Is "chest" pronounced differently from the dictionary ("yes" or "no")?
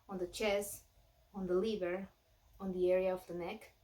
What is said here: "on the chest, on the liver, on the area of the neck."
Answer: yes